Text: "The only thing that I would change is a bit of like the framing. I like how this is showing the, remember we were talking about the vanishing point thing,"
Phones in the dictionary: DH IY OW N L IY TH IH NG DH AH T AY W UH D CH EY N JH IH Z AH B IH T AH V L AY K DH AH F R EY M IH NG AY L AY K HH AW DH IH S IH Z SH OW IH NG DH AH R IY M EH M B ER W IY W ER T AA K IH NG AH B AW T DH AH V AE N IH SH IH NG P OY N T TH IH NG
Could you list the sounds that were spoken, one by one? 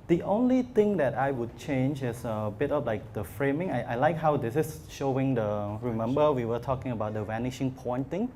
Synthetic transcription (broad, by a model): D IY OW N L IY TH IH NG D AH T AY W UH D CH EY N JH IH S AH B IH T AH P L AY K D AH F R EY M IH NG AY L AY K HH AW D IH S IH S SH OW IH NG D AH R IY M EH M B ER W IY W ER T AA K IH NG AH B AW T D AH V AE N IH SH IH NG P OY N T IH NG